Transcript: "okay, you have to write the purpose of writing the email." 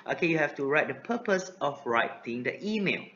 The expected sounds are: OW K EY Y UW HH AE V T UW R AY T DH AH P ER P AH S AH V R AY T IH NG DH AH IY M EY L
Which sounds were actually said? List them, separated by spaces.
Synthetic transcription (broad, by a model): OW K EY Y UW HH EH F T UW R AY T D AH P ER P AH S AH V R AY T IH NG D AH IY M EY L